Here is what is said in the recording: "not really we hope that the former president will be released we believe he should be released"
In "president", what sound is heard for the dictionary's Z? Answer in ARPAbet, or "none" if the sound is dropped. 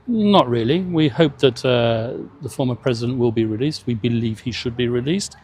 Z